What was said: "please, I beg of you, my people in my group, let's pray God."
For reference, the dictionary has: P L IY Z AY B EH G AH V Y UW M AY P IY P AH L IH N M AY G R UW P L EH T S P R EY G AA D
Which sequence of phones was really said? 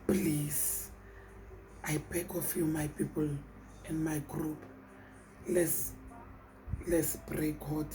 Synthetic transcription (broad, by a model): P L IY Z AY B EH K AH F Y UW M AY P IY P AH L IH N M AY G R UW P L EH S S B R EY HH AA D